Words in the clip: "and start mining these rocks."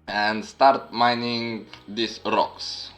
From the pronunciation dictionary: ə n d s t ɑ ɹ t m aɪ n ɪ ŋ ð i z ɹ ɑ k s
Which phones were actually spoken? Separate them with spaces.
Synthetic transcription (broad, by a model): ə n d s t ɑ ɹ t m aɪ n ɪ ŋ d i s ɹ ɑ k s